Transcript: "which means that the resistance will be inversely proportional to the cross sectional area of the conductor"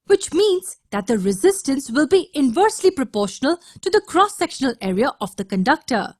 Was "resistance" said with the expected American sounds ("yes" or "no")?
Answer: yes